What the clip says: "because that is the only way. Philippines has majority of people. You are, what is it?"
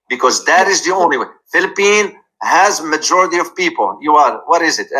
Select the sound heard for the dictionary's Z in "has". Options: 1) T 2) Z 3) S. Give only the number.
2